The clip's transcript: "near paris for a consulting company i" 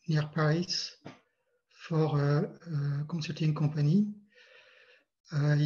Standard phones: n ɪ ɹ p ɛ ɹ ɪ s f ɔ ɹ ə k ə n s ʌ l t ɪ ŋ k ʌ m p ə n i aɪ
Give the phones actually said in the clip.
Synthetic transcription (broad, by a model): n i ɹ p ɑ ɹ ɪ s f ɔ ɹ ə k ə s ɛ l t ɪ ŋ k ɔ p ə n i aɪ